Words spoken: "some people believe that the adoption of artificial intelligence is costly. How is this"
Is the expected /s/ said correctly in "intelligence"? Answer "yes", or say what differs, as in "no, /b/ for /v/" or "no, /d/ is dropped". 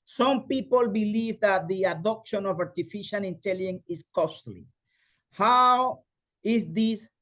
no, /s/ is dropped